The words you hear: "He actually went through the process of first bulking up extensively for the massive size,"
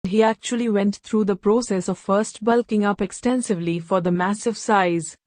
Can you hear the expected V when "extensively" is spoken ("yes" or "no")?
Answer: yes